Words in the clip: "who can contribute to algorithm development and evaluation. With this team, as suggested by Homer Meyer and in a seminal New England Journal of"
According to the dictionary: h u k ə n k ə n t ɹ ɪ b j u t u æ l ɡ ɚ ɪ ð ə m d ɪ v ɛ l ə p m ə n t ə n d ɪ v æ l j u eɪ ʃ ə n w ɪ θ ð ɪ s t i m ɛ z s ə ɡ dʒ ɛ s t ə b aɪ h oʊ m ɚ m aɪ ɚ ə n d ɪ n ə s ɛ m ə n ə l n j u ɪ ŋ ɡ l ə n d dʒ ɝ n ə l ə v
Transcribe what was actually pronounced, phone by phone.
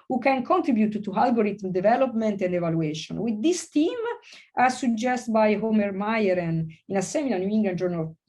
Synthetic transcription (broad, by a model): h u k ə n k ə n t ɹ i b j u t u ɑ l ɡ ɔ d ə m d ɪ v ɛ l ə p m ə n t ə n d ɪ v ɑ l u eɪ ʃ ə n w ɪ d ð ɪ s t i m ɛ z s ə dʒ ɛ s t b aɪ h oʊ m ɚ m aɪ ɚ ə n ɪ n ə s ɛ m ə l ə n j u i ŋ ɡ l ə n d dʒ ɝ n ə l